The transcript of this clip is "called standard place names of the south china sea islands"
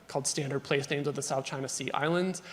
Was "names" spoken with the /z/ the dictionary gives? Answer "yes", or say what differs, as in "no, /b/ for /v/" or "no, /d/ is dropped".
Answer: yes